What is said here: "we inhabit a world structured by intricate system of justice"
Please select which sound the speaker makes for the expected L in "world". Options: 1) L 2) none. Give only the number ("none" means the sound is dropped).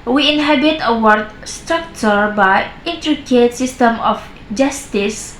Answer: 2